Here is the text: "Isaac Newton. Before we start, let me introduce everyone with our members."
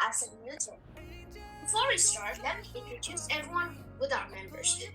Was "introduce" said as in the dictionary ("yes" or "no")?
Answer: yes